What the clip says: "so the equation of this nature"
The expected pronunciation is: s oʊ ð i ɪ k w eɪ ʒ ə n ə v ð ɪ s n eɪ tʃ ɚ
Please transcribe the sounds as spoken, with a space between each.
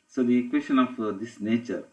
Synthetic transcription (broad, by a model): s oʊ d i k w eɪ s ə n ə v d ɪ s n eɪ tʃ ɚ